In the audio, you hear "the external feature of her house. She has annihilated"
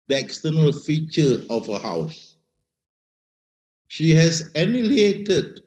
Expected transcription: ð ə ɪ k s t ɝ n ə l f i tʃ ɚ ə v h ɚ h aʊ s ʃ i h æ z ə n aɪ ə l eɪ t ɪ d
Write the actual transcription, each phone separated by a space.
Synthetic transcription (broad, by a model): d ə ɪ k s t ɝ n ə l f i tʃ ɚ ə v h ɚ h aʊ s ʃ i h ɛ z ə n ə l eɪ t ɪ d